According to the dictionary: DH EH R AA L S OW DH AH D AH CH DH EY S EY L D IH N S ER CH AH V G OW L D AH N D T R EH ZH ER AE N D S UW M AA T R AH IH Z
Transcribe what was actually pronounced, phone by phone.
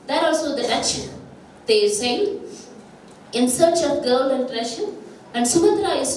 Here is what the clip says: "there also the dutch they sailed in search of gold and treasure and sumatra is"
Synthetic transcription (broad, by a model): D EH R AA L S OW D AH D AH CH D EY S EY N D IH N S ER CH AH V G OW L AH N D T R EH SH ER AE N D S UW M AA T R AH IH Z